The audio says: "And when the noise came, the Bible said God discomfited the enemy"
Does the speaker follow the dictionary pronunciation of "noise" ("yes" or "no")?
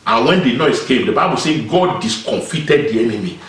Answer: no